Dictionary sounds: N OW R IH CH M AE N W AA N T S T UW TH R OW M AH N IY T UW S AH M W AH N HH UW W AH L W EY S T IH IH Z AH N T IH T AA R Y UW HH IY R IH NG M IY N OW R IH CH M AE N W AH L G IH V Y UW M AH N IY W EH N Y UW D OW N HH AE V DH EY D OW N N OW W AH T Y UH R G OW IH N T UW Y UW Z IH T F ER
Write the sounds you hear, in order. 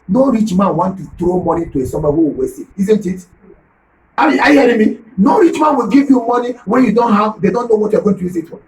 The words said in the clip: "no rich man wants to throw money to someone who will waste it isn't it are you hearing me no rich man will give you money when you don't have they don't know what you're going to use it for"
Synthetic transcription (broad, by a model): N OW R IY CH M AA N W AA N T T UW T R OW M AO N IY T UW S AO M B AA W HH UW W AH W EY S IH IH Z AH N T IH T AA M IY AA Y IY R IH M IY N OW R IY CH M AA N W AH L G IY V Y UW M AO N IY W EH N Y UW D OW N HH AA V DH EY D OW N N OW W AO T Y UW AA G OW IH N T UW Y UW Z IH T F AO